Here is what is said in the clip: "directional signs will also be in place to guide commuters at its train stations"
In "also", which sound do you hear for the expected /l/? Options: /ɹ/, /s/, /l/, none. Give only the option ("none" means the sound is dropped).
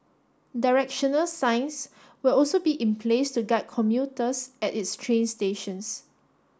/l/